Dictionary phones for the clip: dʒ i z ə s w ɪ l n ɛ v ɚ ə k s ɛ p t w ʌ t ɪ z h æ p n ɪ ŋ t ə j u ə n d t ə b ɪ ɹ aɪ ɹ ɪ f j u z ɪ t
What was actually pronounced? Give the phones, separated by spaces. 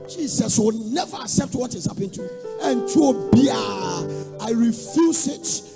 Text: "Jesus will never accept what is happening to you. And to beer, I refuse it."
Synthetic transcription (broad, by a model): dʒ i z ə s w ɪ l n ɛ v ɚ ə k s ɛ p t w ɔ t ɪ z h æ p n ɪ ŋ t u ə n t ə b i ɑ aɪ ɹ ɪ f j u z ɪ t